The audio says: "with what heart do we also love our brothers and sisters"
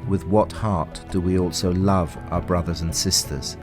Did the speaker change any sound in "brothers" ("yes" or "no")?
no